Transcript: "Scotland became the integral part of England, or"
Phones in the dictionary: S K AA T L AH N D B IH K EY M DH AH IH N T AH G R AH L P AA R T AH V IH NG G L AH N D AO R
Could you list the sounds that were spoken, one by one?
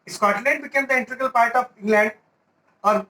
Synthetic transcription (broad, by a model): S K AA T L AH N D B IH K EY M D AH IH N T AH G AH L P AA R T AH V IH NG G L AH N D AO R